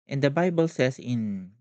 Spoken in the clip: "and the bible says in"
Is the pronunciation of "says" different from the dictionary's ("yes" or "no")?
yes